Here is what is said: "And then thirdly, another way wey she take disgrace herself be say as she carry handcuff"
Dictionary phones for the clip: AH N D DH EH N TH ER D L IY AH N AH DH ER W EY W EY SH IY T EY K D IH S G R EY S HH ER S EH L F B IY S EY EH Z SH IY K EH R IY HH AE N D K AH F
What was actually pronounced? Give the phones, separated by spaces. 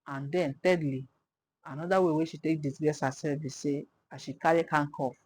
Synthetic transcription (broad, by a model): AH N D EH N T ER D L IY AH N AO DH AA W EY W EY SH IY T EY K D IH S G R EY S HH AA S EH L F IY S EY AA SH IY K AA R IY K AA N K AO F